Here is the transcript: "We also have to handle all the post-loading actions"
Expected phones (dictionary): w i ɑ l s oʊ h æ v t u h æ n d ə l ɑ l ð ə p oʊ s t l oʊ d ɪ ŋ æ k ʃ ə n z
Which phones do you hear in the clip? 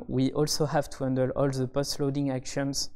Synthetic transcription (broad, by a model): w i ɑ l s oʊ h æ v t u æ n d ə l ɑ l ð ə p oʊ s t l oʊ d ɪ ŋ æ k ʃ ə n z